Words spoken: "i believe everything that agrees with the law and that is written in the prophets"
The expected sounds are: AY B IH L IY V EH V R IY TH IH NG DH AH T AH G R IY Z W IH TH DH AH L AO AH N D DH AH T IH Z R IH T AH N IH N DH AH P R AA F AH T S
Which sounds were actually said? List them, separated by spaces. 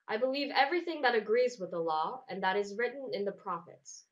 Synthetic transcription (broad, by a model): AY B IH L IY V EH V R IY TH IH NG DH AH T AH G R IY Z W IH DH AH L AO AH N DH AH T IH Z R IH T N IH N DH AH P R AA F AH T S